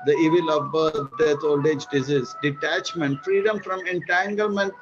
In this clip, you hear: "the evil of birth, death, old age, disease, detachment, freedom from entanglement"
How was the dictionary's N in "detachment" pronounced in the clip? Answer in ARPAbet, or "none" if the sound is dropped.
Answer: N